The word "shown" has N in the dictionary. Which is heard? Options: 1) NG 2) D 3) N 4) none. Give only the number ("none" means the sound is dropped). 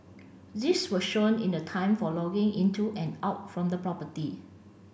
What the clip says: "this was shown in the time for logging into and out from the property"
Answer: 3